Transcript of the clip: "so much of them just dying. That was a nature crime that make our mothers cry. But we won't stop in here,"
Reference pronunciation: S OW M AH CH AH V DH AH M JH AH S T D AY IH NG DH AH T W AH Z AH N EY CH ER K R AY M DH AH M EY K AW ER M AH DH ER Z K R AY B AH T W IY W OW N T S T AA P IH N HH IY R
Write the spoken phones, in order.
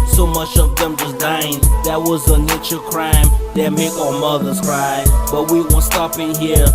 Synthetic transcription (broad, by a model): S OW M AH CH AH V DH AH M JH AH S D AY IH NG DH AH T W AH Z AH N EY CH ER K R AY M DH AH M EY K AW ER M AH DH ER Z K R AY B AH T W IY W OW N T S T AA P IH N HH IY R